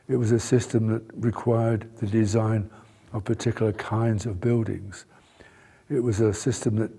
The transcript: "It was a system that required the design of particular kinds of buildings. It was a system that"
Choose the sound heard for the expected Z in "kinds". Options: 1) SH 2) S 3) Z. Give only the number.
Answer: 3